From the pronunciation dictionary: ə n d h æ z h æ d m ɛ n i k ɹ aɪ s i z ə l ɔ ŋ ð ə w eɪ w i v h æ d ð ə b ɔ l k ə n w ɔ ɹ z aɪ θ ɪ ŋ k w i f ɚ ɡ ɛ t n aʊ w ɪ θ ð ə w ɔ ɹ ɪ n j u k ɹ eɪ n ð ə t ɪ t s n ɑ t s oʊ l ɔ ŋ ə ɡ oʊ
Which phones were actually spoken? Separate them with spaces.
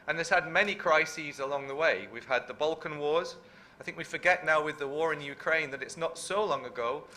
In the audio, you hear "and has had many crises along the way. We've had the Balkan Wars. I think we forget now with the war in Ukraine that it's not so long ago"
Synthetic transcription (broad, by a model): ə n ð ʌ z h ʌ d m ɛ n i k ɹ aɪ s i z ə l ɔ ŋ ð ə w eɪ w i v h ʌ d ð ə b ɔ l k ə n w ɔ ɹ z aɪ θ ɪ ŋ k w i f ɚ ɡ ɛ t n aʊ w ɪ ð ə w ɔ ɹ ɪ n j u k ɹ eɪ n ð ə t ɪ t s n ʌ t s oʊ l ɔ ŋ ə ɡ oʊ